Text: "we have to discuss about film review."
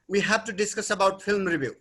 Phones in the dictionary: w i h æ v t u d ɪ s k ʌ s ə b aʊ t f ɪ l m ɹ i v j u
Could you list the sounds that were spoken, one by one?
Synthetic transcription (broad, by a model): w i h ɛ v t u d ɪ s k ʌ s ə b aʊ t p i l m ɹ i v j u